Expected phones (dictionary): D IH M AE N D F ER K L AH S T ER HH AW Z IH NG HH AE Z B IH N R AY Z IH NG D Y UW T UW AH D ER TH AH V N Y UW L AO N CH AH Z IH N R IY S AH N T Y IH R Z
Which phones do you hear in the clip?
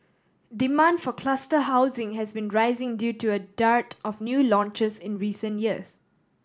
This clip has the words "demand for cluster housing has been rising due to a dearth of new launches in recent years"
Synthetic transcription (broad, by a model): D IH M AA N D F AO K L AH S T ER HH AW Z IH NG HH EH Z B IH N R AY Z IH NG D Y UW T UW AH D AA T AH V N Y UW L AO N CH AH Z IH N R IY S AH N T Y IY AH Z